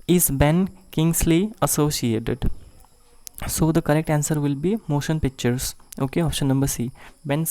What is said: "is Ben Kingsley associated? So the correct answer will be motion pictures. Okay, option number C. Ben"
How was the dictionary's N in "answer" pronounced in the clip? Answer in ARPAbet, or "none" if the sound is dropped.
N